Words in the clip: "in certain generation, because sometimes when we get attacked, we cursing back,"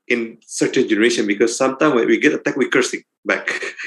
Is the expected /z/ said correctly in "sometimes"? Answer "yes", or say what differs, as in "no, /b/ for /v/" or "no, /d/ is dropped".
no, /z/ is dropped